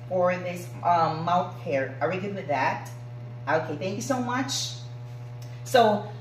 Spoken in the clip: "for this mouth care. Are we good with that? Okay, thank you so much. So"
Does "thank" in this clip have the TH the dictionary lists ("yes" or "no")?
yes